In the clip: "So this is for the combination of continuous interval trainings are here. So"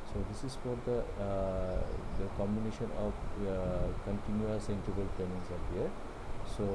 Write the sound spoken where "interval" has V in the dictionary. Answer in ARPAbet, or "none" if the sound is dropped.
B